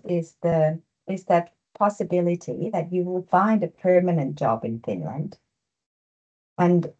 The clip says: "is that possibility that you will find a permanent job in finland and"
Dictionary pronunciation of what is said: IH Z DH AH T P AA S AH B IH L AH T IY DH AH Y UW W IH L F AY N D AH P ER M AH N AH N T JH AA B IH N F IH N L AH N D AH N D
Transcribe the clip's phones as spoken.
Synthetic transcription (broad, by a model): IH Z DH AH T P AA S AH B IH L AH T IY DH AH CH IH W IH L F AY N D AH P ER M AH N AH N JH AA B IH N F IH N L AH N D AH N